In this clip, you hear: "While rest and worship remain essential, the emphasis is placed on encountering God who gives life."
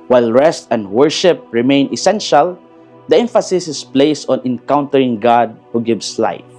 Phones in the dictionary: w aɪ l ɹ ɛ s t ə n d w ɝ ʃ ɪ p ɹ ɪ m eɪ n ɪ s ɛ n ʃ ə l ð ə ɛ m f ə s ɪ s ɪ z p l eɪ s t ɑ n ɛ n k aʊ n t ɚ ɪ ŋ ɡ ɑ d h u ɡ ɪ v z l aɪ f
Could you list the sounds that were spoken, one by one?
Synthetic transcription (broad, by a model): w aɪ l ɹ ɛ s t ə n d w ɝ ʃ ɪ p ɹ ɪ m eɪ n ɪ s ɛ n ʃ ə l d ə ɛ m f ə s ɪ s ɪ s p l eɪ s ɑ n ɛ n k aʊ n t ɚ ɪ ŋ ɡ ɑ d h u ɡ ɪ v s l aɪ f